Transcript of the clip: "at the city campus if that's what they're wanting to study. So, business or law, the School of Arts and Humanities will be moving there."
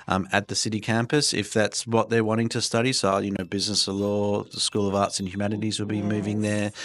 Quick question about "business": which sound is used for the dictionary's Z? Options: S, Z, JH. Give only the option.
Z